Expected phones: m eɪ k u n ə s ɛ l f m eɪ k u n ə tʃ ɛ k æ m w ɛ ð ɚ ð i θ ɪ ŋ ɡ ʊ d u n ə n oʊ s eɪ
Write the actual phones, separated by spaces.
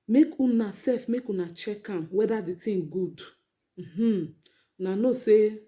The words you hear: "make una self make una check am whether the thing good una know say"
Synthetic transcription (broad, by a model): m eɪ k u n ə s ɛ f m eɪ k u n ə tʃ ɛ k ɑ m w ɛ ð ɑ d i t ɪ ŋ ɡ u d u n ə n oʊ s eɪ